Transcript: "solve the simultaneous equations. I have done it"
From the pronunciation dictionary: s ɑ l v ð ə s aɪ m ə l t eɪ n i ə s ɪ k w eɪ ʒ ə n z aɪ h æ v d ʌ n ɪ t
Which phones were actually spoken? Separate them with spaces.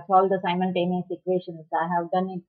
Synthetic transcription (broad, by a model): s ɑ l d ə s aɪ m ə l t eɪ n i s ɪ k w eɪ ʃ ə n s aɪ h æ v d ʌ n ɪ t